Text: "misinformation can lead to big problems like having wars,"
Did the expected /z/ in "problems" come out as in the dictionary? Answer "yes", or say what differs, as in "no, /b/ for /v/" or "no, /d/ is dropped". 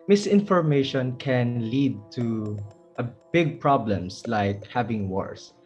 no, /s/ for /z/